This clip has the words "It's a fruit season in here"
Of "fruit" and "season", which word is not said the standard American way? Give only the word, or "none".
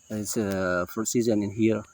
fruit